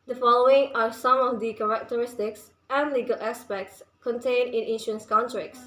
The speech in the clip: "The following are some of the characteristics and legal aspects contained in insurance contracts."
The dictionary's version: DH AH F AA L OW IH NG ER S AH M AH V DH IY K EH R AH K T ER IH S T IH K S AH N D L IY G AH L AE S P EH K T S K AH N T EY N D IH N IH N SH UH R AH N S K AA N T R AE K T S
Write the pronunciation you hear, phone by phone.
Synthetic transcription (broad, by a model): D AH F AA L OW IH NG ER S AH M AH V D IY K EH R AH K T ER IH S T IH K S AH N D L IY G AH L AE S P EH K T S K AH N T EY N IH N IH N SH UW AH N S K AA N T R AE K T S